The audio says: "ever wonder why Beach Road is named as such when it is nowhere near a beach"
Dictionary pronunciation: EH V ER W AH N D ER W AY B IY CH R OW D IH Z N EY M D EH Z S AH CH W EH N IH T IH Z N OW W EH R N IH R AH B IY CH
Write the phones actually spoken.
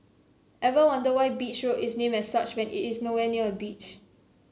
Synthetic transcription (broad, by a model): EH V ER W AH N D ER W AY B IY CH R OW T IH S N EY M EH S S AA CH W EH N IH T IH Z N OW W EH N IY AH AH B IY CH